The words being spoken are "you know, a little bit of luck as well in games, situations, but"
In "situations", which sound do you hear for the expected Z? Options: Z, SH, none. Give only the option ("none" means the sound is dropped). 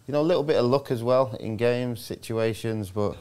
Z